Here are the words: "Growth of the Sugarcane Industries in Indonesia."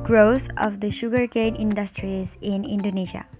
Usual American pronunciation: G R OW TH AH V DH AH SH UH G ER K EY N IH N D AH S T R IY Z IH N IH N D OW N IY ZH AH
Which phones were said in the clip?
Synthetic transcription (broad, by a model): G R OW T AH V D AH SH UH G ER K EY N IH N D AH S T R IY Z IH N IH N D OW N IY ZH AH